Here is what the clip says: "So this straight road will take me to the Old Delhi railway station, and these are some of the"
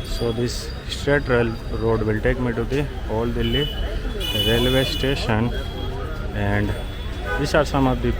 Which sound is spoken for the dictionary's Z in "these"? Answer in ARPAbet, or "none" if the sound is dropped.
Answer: S